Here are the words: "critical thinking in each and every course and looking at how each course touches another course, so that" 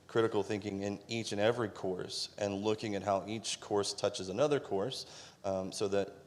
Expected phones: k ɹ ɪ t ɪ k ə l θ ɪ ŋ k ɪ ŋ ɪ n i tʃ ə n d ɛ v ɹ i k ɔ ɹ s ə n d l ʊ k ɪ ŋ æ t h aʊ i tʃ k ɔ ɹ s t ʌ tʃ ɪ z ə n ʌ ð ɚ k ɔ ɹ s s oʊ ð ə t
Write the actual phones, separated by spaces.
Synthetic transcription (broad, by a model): k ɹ ɪ t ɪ k l θ ɪ ŋ k ɪ ŋ ɪ n i tʃ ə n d ɛ v ɹ i k ɔ ɹ s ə n l ʊ k ɪ ŋ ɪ t h aʊ i tʃ k ɔ ɹ s t ʌ tʃ ɪ z ə n ʌ ð ɚ k ɔ ɹ s s oʊ ð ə t